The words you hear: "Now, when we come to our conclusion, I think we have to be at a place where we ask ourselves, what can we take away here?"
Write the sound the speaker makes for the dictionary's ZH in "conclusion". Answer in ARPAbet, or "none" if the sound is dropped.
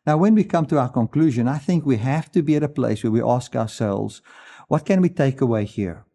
ZH